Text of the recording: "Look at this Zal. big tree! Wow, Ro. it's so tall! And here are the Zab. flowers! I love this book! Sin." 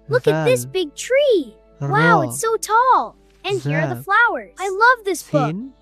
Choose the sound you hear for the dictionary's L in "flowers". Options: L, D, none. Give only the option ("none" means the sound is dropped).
L